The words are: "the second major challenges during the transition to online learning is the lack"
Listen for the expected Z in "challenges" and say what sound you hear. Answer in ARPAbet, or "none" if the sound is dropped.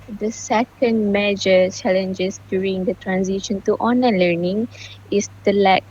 S